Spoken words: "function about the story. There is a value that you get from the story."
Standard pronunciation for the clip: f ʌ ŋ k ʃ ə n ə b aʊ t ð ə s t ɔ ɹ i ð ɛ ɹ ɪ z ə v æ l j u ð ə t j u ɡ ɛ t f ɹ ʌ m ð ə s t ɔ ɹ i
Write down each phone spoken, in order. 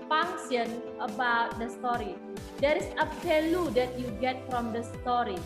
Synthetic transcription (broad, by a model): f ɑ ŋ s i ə n ə b aʊ t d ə s t ɔ ɹ i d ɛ ɹ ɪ s ə f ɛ l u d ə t j u ɡ ɛ t f ɹ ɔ m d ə s t ɔ ɹ i